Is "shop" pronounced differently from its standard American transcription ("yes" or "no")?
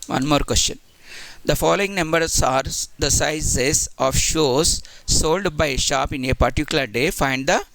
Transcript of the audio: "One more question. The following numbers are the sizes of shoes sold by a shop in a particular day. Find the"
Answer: no